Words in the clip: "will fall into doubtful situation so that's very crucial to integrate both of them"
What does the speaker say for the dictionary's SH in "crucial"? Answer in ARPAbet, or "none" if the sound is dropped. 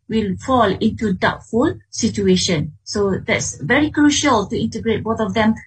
SH